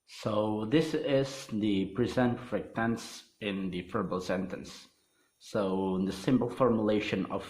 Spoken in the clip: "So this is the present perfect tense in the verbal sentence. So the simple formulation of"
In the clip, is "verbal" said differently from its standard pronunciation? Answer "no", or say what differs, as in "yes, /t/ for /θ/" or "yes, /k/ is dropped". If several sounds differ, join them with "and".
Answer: yes, /f/ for /v/